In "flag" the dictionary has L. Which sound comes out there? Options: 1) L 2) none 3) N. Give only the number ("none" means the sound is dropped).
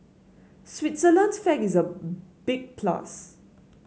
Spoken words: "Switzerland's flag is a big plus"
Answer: 2